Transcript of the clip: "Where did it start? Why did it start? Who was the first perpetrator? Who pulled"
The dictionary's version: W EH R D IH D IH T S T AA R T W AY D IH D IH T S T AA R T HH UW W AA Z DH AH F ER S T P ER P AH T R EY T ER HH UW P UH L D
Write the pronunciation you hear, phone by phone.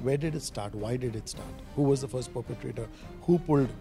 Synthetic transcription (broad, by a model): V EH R D IH D IH T S T AA R T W AY D IH D IH T S T AA R T HH UW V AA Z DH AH F ER S T P ER P AH T R EY T ER HH UW P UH L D